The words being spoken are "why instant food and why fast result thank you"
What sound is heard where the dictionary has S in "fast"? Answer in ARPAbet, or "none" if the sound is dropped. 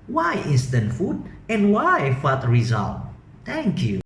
none